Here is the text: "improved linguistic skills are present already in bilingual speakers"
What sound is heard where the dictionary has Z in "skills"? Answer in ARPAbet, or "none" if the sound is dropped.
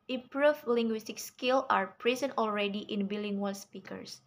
none